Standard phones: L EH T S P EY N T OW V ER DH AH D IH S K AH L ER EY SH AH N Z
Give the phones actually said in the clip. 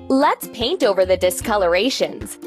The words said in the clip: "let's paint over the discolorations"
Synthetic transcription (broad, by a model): L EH T S P EY N T OW V ER DH AH D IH S K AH L ER EY SH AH N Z